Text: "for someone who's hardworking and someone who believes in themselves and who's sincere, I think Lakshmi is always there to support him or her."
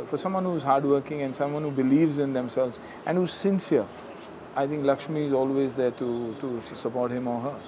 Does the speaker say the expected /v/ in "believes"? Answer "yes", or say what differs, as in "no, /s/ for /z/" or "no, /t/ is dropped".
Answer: yes